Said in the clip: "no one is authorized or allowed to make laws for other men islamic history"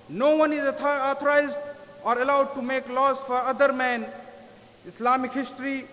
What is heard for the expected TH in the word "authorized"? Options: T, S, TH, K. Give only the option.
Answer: T